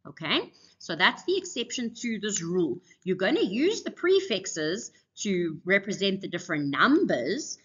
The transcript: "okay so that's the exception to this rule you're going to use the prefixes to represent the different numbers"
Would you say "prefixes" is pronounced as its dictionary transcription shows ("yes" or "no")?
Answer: yes